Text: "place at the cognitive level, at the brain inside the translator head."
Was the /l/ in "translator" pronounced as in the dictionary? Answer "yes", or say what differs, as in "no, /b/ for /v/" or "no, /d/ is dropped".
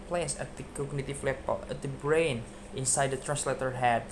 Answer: yes